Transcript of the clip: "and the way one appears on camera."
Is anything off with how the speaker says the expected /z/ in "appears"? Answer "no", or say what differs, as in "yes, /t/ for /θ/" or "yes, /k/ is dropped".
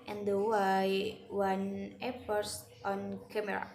yes, /s/ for /z/